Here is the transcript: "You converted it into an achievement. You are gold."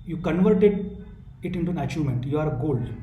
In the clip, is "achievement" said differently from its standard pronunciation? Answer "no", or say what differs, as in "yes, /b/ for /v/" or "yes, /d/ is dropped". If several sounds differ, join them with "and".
yes, /v/ is dropped